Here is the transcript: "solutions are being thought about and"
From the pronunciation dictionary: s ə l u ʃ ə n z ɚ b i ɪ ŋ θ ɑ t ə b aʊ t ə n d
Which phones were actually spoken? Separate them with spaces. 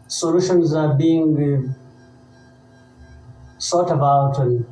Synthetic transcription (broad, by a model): s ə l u ʃ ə n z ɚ b i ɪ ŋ s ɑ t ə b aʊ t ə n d